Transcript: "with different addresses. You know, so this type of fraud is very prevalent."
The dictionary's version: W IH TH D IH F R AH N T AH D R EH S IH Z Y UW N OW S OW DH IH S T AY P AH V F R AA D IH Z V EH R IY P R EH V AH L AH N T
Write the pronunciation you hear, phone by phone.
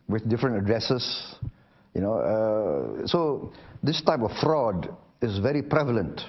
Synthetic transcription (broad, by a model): W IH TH D IH F R AH N T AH D R EH S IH S Y UW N OW S OW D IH S T AY P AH F F R AA D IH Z V EH R IY P R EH V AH L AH N T